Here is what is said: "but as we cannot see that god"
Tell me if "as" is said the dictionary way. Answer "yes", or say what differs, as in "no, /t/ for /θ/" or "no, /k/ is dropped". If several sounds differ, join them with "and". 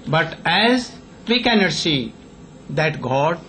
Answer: yes